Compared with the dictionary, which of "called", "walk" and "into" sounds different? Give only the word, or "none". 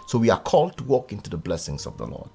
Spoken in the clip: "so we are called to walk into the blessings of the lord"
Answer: none